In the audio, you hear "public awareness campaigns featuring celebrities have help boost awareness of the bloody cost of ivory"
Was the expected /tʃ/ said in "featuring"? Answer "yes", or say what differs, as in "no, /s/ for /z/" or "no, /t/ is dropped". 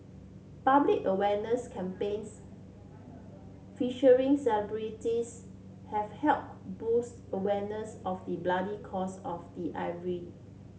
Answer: no, /ʃ/ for /tʃ/